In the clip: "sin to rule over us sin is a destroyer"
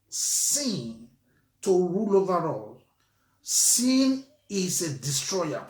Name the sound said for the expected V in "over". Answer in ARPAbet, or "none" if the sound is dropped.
V